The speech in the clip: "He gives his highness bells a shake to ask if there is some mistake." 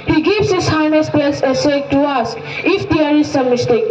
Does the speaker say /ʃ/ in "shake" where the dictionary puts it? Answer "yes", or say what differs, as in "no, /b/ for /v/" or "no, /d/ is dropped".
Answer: no, /s/ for /ʃ/